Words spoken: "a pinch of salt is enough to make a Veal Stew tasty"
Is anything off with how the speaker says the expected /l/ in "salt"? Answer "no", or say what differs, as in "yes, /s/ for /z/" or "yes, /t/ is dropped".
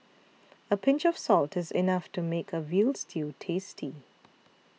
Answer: no